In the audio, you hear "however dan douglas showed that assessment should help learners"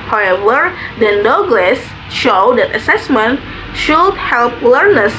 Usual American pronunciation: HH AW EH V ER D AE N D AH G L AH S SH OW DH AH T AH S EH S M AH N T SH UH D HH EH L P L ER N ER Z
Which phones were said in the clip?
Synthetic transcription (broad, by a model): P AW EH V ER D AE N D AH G L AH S SH OW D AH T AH S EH S M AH N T SH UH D HH EH L P L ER N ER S